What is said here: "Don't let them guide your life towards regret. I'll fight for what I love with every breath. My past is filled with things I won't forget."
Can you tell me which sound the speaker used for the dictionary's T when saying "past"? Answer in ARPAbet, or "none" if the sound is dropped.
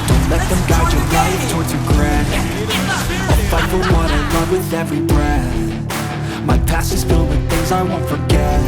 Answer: none